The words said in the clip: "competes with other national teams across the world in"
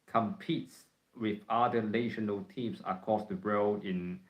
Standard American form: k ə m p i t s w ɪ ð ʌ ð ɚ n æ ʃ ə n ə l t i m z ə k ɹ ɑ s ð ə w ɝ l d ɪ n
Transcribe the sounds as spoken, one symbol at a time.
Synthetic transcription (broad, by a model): k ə m p i t s w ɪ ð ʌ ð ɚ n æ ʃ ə n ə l t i m s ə k ɑ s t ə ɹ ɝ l ɪ n